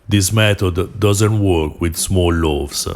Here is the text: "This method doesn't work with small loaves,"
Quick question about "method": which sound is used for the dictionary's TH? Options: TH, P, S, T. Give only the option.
T